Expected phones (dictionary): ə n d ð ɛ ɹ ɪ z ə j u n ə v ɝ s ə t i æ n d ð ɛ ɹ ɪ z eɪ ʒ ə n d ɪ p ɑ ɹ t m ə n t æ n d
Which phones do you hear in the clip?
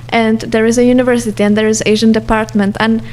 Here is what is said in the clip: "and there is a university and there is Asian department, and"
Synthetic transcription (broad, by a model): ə n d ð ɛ ɹ ɪ z ə j u n ə v ɝ s ə t i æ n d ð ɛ ɹ ɪ z eɪ ʒ ə n d ɪ p ɑ ɹ t m ə n t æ n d